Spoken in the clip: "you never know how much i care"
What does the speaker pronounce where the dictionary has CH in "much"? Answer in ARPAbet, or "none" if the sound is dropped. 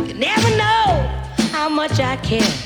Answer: CH